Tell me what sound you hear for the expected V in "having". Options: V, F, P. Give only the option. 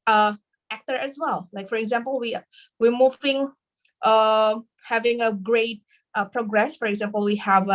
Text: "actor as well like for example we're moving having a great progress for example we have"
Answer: V